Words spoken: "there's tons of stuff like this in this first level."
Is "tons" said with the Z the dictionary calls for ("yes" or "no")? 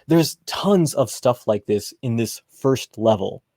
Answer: yes